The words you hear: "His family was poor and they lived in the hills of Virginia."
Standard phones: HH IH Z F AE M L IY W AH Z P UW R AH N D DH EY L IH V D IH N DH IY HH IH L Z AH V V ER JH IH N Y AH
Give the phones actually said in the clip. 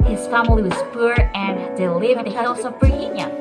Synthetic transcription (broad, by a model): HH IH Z F AE M L IY W AH Z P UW R AH N D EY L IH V IH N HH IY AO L S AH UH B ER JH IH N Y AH